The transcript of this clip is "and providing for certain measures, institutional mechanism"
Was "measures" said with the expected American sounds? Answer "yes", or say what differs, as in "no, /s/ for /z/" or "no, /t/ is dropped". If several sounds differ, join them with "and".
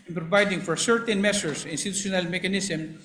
no, /s/ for /ʒ/